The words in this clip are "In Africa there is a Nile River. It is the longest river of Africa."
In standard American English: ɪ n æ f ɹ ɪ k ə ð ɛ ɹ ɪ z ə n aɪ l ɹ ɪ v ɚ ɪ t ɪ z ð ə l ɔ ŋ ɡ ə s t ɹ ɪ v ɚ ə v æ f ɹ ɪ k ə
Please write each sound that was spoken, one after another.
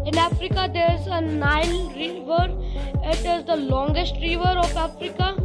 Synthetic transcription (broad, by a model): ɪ n æ f ɹ ɪ k ə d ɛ ɹ ɪ z ə n aɪ n ɹ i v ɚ ɪ t ɪ z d ə l ɔ ŋ ɡ ə s t ɹ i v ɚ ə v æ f ɹ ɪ k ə